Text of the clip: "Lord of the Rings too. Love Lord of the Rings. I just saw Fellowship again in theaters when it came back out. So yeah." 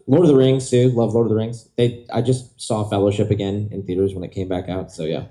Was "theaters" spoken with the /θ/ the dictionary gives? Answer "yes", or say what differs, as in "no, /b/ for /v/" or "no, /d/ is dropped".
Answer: yes